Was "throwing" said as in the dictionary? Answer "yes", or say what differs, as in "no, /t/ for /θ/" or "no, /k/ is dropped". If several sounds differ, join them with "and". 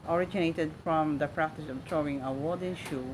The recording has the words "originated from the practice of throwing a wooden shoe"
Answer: no, /t/ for /θ/